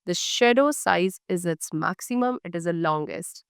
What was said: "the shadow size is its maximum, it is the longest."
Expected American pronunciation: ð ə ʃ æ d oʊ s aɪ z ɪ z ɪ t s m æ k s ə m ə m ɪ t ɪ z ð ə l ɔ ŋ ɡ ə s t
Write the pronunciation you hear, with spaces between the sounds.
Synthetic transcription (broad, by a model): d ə ʃ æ d oʊ s aɪ z ɪ z ɪ t s m æ k s ə m ə m ɪ t ɪ z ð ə l ɔ ŋ ɡ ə s t